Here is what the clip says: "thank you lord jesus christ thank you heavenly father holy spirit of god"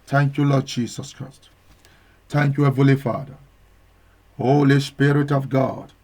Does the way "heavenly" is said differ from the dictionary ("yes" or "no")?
yes